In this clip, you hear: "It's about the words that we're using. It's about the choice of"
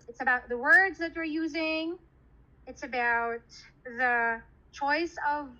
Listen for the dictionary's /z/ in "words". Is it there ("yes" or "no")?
yes